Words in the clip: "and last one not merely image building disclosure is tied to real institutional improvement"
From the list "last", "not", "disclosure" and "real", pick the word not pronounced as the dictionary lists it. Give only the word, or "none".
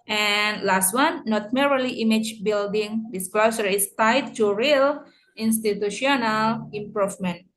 disclosure